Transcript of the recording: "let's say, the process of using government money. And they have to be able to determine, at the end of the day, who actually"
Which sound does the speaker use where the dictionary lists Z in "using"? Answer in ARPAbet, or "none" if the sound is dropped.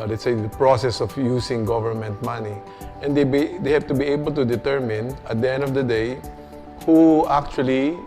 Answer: S